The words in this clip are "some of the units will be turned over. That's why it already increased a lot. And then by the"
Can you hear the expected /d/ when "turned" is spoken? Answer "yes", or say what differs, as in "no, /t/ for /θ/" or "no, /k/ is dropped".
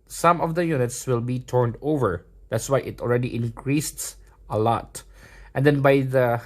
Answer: yes